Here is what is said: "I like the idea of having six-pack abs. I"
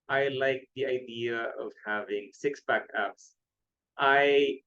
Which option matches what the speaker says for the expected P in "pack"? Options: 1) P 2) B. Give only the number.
2